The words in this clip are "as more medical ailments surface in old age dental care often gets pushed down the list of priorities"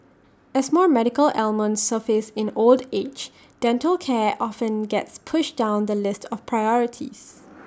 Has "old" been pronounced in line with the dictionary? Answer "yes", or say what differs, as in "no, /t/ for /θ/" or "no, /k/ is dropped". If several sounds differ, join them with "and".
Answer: yes